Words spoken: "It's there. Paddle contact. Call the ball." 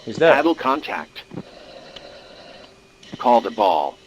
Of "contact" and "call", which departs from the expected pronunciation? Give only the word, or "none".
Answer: none